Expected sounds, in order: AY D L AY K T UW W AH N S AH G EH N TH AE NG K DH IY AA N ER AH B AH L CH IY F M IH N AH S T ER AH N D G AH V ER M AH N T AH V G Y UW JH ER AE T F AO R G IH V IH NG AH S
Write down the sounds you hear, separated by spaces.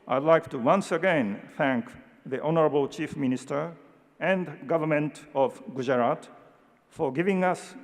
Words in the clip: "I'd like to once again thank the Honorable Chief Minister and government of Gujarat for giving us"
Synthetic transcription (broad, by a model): AY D L AY K T UW W AH N S AH G EH N TH AE NG K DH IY AA N ER AH B AH L CH IY F M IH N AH S T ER AH N D G AH V ER M AH N T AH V G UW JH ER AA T F AO R G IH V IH NG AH S